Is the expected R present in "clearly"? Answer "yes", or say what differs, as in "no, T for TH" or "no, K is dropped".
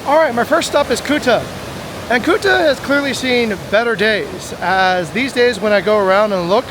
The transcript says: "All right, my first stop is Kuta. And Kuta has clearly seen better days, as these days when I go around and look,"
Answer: yes